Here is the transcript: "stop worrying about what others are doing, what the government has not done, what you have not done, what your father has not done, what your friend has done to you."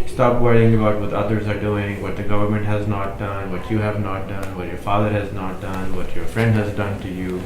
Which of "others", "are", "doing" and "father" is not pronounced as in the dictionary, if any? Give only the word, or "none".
none